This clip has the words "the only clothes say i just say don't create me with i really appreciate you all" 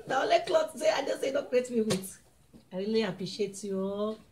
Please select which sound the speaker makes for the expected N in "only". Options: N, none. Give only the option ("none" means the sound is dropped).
none